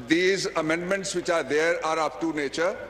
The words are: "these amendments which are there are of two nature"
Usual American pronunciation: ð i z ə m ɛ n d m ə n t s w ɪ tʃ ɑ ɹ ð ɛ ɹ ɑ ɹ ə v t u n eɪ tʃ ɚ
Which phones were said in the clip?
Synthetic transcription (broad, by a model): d i z ə m ɛ n d m ə n t s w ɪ tʃ ɑ ɹ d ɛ ɹ ɑ ɹ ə p t u n eɪ tʃ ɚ